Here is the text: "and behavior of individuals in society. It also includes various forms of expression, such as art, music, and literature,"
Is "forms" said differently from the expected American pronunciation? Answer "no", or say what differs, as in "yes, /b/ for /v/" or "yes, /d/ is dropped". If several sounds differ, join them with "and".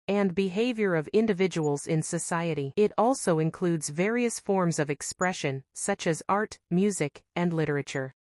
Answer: no